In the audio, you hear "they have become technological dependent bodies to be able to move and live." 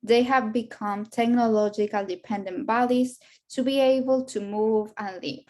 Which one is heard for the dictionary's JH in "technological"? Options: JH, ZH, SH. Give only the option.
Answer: JH